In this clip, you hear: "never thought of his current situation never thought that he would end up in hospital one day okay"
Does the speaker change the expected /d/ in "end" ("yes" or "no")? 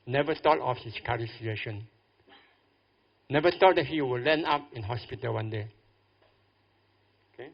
yes